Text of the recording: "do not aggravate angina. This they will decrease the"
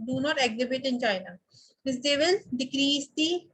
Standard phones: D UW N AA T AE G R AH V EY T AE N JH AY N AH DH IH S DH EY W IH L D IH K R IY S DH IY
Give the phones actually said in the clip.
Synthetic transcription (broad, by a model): D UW N AA T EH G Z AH B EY T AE N CH AY N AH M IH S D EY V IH L D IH K R IY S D IY